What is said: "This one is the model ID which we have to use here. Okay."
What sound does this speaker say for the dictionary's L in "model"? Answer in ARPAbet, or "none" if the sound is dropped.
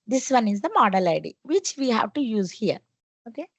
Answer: L